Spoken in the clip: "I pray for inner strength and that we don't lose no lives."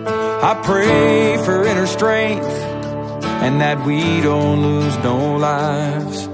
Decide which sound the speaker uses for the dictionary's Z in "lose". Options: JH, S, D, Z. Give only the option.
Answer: Z